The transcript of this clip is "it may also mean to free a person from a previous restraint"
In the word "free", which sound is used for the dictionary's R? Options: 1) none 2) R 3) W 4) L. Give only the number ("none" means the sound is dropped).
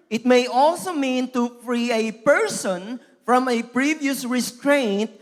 2